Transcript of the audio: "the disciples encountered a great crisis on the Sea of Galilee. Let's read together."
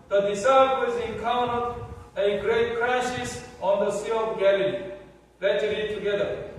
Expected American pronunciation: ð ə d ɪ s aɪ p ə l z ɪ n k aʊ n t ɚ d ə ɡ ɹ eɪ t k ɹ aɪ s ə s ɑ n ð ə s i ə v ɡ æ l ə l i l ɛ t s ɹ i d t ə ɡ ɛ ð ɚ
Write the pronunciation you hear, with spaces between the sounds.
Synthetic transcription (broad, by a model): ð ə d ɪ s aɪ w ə z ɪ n k aʊ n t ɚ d ə ɡ ɹ eɪ t k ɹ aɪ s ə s ɑ n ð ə s i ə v ɡ æ l ə l i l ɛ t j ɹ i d t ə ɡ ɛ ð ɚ